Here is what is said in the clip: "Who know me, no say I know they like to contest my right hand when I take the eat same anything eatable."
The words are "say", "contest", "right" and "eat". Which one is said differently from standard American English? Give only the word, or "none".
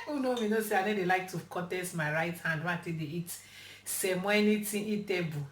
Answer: contest